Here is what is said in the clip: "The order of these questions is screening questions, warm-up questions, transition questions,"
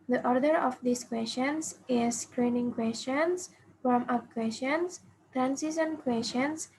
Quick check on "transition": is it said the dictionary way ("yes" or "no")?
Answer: no